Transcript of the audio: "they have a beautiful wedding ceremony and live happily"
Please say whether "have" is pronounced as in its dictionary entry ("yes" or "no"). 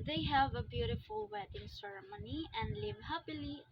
yes